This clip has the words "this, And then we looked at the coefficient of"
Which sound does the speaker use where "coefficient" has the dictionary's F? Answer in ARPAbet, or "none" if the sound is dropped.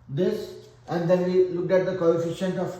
F